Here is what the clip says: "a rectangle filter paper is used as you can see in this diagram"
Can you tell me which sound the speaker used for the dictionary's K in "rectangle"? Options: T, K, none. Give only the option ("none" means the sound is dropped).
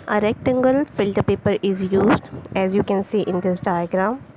K